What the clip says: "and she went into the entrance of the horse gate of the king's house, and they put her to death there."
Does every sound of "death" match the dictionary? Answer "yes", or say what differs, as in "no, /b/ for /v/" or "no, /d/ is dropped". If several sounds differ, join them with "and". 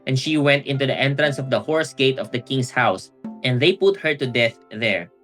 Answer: yes